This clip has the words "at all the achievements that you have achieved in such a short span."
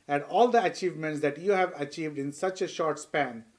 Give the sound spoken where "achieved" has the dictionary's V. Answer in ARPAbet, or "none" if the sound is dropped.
V